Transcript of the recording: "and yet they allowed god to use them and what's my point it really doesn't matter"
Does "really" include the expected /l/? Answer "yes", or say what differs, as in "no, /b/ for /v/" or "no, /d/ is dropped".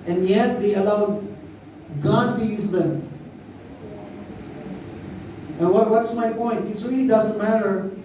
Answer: no, /l/ is dropped